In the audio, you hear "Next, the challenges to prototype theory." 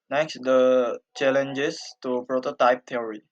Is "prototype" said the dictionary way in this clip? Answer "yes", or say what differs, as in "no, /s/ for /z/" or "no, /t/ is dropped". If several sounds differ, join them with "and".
yes